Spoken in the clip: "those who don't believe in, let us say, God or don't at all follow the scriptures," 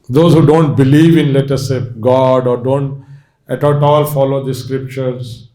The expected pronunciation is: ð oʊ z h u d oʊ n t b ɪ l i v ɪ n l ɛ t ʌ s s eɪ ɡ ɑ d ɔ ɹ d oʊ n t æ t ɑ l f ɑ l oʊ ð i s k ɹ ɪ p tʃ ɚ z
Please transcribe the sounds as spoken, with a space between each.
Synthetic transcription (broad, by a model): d oʊ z h u d oʊ n t b ɪ l i v ɪ n l ɛ t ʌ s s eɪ ɡ ɑ d ɔ ɹ d oʊ n t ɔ t ɑ l f ɑ l oʊ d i s k ɹ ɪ p tʃ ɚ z